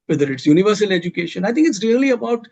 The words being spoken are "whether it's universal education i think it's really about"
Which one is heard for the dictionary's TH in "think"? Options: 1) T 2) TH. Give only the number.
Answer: 1